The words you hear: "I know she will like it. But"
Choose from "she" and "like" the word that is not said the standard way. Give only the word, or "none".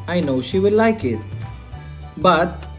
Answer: none